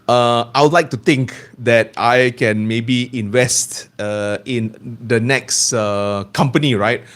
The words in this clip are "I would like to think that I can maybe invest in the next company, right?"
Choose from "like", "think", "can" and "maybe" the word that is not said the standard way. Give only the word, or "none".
think